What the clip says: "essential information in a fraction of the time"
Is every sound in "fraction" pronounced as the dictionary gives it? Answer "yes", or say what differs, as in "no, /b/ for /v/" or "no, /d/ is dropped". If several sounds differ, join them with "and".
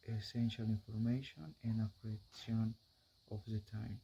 no, /p/ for /f/